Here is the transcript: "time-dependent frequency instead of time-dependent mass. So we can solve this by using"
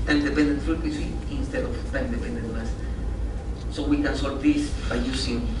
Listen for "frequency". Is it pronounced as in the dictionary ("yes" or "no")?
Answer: no